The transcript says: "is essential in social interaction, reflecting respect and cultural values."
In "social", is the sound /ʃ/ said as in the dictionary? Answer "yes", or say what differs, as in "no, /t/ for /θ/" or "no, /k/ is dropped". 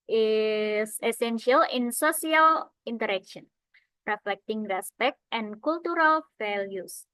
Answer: no, /s/ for /ʃ/